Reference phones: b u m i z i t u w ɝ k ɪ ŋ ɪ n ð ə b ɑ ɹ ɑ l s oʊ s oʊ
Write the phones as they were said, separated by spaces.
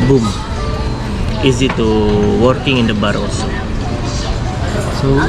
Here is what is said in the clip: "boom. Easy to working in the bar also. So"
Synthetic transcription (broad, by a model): b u m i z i t u w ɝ k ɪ ŋ ɪ n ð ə b ɑ ɹ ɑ s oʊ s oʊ